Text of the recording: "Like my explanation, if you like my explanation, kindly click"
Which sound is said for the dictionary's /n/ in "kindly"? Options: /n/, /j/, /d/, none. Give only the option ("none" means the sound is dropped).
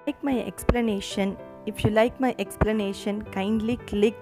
/n/